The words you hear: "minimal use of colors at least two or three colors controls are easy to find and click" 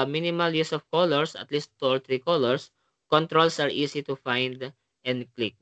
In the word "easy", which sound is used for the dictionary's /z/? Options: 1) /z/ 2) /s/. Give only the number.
2